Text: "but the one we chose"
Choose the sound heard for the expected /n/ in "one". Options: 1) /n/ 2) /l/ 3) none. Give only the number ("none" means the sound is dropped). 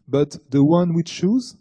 1